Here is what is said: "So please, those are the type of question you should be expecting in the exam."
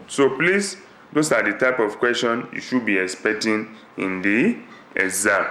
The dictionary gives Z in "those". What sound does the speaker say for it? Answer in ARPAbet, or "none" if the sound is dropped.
S